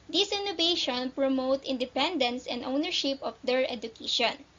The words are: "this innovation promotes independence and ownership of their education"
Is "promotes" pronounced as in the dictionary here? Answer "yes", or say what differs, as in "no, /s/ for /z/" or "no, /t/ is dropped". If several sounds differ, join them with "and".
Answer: no, /s/ is dropped